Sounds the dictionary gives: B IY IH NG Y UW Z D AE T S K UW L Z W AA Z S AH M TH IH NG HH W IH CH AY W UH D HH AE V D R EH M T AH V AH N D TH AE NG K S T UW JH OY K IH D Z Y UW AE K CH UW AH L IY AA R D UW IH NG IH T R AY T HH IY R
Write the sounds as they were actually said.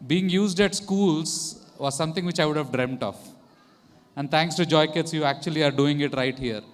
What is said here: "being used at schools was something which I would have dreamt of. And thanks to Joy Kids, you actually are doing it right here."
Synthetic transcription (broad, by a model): B IY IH NG Y UW Z D AE T S K UW L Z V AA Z S AH M T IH NG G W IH CH AY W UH D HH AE V D R EH M T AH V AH N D T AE NG K S T UW JH OY K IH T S Y UW AE K CH UW AH L IY AA R D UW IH NG IH T R AY T HH IY R